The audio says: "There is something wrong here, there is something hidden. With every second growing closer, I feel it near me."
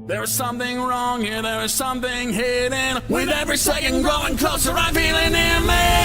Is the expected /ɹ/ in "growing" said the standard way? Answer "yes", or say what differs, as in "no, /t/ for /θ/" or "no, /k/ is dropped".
no, /ɹ/ is dropped